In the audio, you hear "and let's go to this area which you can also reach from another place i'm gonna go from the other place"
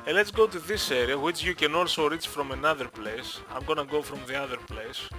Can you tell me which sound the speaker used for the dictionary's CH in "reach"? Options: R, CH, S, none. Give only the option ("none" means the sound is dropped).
CH